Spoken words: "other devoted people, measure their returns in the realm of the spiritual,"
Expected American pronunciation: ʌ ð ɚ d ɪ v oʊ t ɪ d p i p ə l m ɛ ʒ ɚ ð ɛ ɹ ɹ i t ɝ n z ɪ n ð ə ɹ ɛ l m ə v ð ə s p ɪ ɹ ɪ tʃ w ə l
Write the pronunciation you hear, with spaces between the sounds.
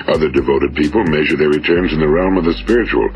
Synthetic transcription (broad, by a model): ʌ ð ɚ d ɪ v oʊ t ɪ d p i p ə l m ɛ ʒ ɚ ð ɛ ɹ ɹ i t ɝ n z ɪ n ð ə ɹ ɛ l m ə v ð ə s p ɪ ɹ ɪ tʃ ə l